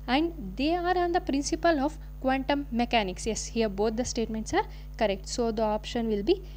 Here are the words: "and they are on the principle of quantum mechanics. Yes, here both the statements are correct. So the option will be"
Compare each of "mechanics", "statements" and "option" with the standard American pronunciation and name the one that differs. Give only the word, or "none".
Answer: none